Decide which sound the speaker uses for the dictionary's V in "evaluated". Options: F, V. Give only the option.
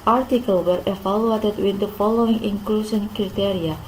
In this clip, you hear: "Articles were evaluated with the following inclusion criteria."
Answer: F